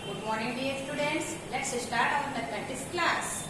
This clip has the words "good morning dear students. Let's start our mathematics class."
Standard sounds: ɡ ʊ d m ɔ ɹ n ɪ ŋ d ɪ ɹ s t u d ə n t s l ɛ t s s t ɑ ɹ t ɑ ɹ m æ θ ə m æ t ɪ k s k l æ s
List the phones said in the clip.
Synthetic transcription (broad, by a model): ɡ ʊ d m ɔ ɹ n ɪ ŋ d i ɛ s t u d ə n t s l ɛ t s s t ɑ ɹ t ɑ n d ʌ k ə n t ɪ s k l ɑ s